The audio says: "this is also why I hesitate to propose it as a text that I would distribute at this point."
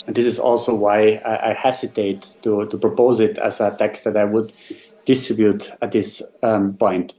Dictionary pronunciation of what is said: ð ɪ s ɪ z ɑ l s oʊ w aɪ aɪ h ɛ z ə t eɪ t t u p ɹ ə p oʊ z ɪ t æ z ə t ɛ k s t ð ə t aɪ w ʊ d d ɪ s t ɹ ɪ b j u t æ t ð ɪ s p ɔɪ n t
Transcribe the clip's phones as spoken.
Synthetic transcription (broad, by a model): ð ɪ s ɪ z ɑ l s oʊ w aɪ aɪ h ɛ s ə t eɪ t t u p ɹ ə p oʊ z ɪ t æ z ə t ɛ k s t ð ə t aɪ w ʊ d d ɪ s t ɹ ɪ b j u t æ t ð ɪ s p ɔɪ n t